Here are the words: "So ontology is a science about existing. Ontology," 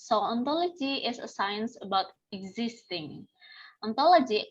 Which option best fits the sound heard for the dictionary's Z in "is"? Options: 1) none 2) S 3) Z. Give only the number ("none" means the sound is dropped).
2